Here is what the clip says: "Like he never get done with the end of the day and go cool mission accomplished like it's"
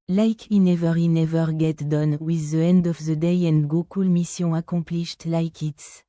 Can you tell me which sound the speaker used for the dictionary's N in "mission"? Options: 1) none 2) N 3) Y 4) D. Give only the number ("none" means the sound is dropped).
1